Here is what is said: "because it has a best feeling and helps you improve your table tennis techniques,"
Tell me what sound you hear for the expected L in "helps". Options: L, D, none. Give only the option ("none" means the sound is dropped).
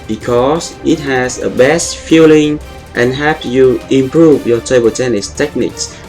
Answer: none